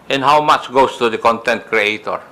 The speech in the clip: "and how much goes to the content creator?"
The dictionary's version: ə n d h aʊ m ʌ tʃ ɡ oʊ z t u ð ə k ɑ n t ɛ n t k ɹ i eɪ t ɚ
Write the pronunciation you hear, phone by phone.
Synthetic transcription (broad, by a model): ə n h aʊ m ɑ tʃ ɡ oʊ s t u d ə k ɑ n t ɛ n t k ɹ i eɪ t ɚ